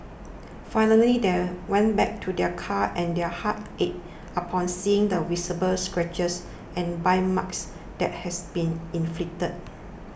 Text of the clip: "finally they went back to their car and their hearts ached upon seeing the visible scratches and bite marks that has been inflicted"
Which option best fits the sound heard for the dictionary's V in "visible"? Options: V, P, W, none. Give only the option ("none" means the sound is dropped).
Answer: W